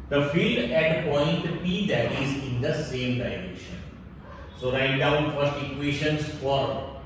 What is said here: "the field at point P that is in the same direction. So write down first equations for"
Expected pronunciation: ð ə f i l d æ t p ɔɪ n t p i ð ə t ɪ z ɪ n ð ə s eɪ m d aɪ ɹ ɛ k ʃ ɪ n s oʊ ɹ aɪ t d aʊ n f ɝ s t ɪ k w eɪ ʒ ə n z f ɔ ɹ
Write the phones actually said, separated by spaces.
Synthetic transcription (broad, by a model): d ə f i l d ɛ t p ɔɪ n t p i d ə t ɪ z ɪ n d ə s eɪ m d aɪ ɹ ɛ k ʃ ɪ n s oʊ ɹ aɪ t d aʊ n f ɝ s t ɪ k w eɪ ʃ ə n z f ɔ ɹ